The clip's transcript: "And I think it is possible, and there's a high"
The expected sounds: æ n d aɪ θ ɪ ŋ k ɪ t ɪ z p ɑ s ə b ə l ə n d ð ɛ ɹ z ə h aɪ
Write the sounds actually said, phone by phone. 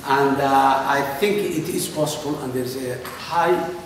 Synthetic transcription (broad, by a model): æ n d aɪ t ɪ ŋ k ɪ t ɪ z p ɑ s ə b ə l ə n d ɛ ɹ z ə h aɪ